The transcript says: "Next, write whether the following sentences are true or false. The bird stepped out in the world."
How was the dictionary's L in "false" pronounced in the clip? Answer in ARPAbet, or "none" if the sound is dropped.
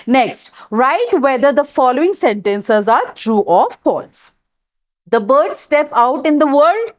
none